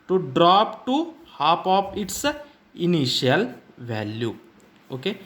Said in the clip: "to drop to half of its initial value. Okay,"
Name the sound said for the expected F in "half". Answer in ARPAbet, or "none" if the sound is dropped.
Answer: P